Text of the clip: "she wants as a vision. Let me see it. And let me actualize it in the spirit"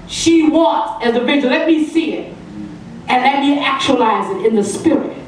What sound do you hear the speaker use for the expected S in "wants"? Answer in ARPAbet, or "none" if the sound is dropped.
none